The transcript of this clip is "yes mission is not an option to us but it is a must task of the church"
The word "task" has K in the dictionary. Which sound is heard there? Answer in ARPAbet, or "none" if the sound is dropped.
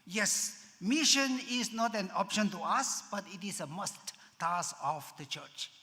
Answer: none